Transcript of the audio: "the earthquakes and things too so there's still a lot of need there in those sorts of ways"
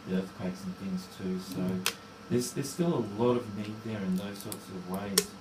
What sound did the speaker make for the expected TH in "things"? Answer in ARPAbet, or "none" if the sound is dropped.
TH